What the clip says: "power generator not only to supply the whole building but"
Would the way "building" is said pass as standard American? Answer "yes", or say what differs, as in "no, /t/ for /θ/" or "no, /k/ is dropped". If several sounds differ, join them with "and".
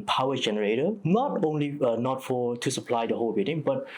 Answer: no, /l/ is dropped